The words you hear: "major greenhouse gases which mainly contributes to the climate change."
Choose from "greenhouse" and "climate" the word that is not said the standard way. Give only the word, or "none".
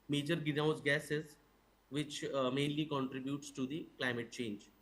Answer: greenhouse